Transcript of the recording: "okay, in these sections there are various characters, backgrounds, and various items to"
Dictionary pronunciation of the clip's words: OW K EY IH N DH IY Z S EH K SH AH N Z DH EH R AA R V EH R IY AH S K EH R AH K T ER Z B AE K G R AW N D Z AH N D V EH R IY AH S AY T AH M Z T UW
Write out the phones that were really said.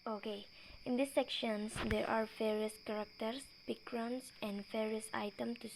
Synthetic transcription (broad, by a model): OW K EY IH N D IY S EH K SH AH N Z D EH R AA R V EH R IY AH S K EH R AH K T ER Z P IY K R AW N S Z AH N D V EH R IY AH S AY T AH M T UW